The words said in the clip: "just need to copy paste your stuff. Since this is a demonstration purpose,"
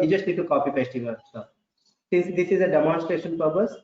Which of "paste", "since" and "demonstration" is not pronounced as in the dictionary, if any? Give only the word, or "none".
paste